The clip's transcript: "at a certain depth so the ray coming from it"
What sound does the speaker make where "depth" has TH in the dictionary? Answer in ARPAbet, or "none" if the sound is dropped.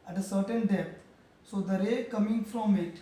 T